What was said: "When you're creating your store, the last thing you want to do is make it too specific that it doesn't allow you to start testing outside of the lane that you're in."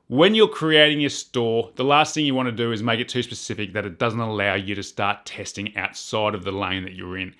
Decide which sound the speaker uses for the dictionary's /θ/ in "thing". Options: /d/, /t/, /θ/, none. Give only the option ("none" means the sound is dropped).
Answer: /θ/